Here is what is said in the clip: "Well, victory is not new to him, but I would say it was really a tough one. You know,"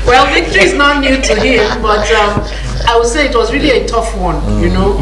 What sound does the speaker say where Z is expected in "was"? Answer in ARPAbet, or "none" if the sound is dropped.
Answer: Z